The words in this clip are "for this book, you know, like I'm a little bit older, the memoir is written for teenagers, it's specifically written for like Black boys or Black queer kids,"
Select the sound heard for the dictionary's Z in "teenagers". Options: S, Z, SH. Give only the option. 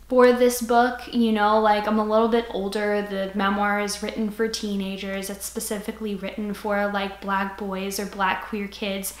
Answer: Z